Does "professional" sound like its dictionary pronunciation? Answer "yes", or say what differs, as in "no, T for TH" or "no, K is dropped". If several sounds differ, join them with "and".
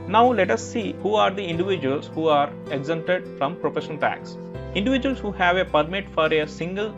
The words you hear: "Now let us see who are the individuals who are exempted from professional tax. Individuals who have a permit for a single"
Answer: no, N is dropped and N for L